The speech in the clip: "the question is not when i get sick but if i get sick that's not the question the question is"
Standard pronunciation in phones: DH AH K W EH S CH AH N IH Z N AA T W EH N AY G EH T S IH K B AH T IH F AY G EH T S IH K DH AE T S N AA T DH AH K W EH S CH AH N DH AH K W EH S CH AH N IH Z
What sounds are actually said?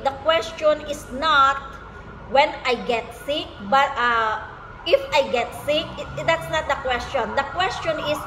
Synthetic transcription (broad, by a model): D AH K W EH S CH AH N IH S N AA T W EH N AY G EH T S IH K B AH T IH F AY G EH T S IH K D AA T S N AA T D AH K W EH S CH AH N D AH K W EH S CH AH N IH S